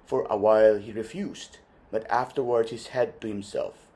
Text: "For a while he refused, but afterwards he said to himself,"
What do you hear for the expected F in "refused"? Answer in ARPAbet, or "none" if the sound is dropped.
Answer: F